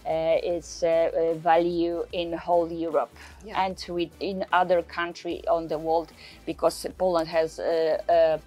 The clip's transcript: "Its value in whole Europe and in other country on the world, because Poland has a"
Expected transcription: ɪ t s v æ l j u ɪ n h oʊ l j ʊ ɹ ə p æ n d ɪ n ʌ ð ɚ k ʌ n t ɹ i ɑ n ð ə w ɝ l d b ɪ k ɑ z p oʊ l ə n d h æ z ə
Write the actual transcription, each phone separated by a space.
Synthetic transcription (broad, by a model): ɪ t s v æ l j u ɪ n h oʊ l j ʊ ɹ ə p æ n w ɪ n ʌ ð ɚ k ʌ n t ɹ i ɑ n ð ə w ɝ l d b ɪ k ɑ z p oʊ l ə n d h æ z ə